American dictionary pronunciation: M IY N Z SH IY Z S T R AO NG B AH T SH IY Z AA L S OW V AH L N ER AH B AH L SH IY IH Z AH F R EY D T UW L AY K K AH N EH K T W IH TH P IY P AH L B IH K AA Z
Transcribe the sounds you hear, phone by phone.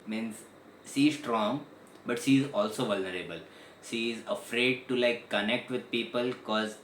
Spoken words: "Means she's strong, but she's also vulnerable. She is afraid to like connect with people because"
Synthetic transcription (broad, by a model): M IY N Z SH IY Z S T R AO NG B AH T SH IY Z AA L S OW V AH L N ER AH B AH L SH IY IH Z AH F R EY D T UW L AY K K AH N EH K T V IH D P IY P AH L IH K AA Z